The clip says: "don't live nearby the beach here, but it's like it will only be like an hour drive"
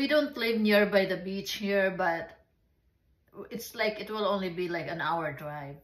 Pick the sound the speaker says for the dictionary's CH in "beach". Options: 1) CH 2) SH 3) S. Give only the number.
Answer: 1